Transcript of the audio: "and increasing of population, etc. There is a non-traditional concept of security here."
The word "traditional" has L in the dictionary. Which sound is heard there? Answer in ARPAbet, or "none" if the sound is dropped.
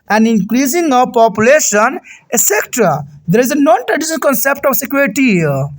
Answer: N